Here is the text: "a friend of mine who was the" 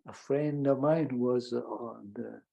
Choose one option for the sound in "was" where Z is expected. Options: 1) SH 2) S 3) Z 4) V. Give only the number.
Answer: 3